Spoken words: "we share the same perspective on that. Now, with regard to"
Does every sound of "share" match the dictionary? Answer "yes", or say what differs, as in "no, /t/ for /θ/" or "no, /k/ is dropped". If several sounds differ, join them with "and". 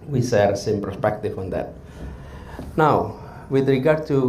no, /s/ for /ʃ/